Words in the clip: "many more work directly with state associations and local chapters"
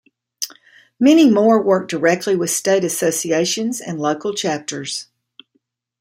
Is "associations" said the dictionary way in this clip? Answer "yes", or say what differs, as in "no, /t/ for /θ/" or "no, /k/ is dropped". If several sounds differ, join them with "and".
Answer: yes